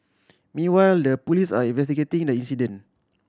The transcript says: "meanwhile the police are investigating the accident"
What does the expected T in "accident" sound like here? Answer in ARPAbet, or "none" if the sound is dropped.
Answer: none